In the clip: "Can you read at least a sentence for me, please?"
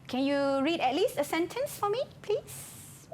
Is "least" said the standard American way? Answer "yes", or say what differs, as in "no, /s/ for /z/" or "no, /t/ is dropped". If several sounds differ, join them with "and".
yes